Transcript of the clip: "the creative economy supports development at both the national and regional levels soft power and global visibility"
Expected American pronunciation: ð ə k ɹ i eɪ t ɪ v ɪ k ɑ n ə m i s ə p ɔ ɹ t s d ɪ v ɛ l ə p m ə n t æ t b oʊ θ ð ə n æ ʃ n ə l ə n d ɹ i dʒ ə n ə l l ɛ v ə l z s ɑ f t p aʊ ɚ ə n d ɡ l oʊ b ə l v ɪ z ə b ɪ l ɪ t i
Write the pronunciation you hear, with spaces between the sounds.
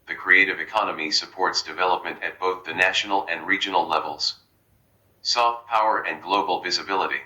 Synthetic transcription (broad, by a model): ð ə k ɹ i eɪ t ɪ v ɪ k ɑ n ə m i s ə p ɔ ɹ t s d ɪ v ɛ l ə p m ə n t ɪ t b oʊ θ ð ə n æ ʃ n l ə n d ɹ i dʒ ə n l l ɛ v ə l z s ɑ f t p aʊ ɚ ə n ɡ l oʊ b l v ɪ z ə b ɪ l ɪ t i